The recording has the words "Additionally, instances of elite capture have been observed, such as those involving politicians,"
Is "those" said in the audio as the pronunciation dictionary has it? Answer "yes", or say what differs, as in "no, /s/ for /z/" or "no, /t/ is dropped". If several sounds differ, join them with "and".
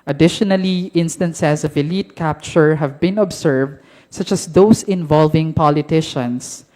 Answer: no, /s/ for /z/